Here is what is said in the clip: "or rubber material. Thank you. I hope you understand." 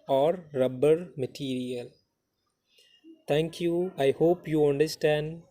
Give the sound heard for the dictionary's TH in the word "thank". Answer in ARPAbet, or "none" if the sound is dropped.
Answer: T